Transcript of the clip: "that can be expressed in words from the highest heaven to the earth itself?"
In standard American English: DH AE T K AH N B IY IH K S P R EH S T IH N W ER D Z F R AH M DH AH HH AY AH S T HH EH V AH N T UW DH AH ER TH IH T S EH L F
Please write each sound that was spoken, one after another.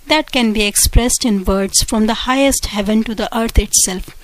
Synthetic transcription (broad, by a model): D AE T K AH N B IY IH K S P R EH S T IH N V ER D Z F R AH M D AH HH AY AH S T HH EH V AH N T UW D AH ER T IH T S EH L F